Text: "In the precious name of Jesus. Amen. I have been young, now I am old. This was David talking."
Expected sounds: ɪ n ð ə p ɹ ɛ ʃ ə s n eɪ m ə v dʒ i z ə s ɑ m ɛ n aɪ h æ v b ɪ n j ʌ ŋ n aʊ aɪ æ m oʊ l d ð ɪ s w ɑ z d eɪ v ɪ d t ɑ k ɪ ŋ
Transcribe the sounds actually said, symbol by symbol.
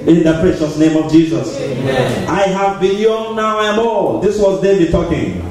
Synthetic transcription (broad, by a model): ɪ n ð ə p ɹ ɛ ʃ ə s n eɪ m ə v dʒ i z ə s ɑ ɪ h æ v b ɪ l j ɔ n n aʊ aɪ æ m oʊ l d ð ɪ s w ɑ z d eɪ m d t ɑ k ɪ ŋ